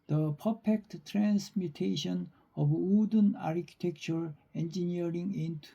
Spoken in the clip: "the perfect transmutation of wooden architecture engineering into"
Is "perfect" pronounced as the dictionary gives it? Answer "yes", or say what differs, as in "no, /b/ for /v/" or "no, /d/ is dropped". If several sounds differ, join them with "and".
no, /p/ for /f/